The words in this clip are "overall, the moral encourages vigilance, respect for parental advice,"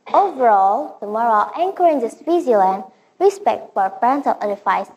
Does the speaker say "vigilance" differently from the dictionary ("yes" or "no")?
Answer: yes